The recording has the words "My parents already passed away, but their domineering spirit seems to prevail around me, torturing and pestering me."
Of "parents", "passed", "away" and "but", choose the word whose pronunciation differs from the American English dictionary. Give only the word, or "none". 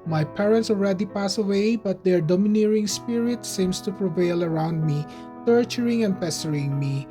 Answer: passed